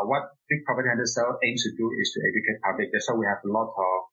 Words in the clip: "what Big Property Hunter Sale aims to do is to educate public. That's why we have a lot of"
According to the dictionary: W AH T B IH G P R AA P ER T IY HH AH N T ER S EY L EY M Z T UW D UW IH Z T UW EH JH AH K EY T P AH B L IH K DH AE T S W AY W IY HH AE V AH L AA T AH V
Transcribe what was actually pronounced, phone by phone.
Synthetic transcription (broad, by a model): W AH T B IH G P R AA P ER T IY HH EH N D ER S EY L EY M S T UW D UW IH S T UW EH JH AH K EY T P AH B L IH K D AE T S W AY W IY HH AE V AH L AA T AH